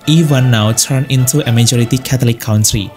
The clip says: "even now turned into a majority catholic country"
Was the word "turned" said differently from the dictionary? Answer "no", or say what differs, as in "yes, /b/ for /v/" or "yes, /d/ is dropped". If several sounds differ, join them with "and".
yes, /d/ is dropped